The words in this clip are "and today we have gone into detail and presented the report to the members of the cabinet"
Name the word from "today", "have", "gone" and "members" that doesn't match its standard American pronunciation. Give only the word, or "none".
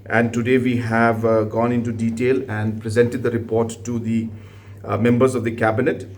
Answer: none